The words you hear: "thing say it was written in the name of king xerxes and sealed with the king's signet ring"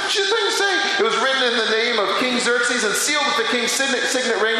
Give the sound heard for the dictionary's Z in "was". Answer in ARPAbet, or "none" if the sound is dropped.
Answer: Z